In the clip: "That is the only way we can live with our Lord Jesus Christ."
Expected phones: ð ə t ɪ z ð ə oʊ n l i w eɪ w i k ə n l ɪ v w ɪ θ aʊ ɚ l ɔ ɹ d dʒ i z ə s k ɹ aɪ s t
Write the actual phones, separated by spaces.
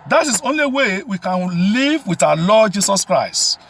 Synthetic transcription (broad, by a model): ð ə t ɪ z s oʊ n l i w eɪ w i k ə n l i v w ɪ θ aʊ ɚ l ɔ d dʒ i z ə s k ɹ aɪ s t